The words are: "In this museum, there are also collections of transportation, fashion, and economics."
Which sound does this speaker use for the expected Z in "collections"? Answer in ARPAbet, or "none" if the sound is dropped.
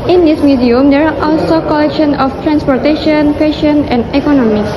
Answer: none